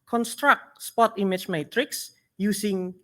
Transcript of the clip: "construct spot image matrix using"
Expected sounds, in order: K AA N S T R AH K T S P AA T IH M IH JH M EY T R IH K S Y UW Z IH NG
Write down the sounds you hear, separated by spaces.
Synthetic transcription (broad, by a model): K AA N S T R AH K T S P AA T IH M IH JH M EY T R IH K S Y UW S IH NG